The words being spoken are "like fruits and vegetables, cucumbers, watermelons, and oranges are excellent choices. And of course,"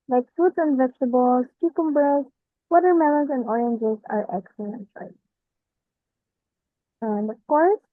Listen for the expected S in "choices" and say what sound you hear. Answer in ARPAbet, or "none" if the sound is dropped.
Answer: none